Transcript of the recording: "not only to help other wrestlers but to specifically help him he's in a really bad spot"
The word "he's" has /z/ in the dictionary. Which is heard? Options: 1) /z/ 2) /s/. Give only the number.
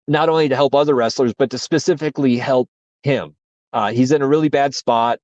1